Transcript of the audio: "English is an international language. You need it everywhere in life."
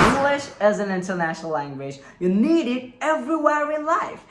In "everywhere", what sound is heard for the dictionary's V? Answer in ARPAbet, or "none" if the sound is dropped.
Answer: V